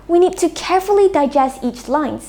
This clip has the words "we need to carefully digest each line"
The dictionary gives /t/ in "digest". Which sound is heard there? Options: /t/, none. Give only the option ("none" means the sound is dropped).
/t/